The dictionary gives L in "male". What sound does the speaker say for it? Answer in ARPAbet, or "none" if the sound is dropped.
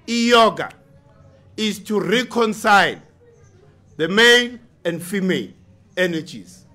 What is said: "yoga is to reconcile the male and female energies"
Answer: N